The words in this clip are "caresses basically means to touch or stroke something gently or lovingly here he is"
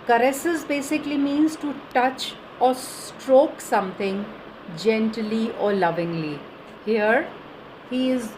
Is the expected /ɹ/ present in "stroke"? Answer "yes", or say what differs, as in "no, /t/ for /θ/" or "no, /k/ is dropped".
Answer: yes